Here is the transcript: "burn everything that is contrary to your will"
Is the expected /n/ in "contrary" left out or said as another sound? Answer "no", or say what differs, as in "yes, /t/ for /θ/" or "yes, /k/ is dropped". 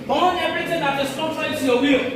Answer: yes, /n/ is dropped